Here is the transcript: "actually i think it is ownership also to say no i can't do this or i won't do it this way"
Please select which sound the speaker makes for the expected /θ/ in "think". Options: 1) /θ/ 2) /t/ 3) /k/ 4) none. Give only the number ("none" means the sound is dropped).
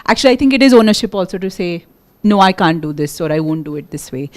2